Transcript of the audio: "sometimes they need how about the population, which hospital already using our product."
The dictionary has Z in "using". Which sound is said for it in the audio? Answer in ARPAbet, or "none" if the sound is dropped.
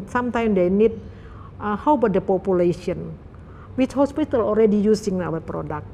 S